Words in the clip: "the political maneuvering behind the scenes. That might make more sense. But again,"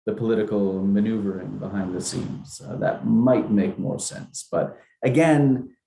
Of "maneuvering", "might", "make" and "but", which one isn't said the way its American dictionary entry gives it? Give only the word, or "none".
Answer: none